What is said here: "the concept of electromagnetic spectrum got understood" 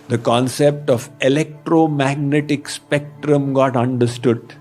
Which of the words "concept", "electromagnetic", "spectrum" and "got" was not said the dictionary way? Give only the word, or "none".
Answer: none